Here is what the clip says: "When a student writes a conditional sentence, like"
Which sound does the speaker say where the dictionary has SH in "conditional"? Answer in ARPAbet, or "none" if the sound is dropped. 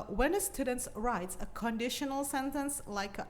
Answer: SH